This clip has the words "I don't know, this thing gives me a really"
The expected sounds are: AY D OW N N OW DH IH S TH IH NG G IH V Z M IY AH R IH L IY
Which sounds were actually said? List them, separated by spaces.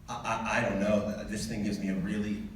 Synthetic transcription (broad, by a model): AY D OW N N OW DH IH S TH IH NG G IH V Z M IY AH R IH L IY